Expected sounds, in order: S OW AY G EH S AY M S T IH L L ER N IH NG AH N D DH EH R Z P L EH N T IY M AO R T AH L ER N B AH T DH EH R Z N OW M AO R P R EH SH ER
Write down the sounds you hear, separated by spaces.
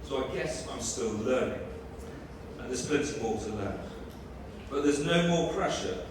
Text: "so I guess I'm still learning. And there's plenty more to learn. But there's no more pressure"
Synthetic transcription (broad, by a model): S OW AY G EH S AY M S T IH L L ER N IH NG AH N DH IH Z P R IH N S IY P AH L T AH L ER B AH T DH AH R Z N OW M AO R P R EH SH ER